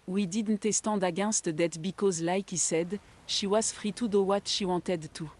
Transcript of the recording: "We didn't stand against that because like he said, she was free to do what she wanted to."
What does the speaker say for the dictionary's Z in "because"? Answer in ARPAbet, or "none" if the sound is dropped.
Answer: Z